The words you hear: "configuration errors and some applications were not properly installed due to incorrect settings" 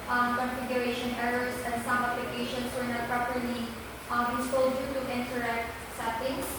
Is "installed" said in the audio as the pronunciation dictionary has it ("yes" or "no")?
no